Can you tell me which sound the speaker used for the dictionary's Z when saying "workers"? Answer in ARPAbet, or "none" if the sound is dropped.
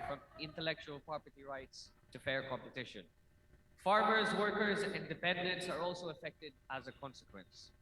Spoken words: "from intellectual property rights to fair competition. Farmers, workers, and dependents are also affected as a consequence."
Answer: Z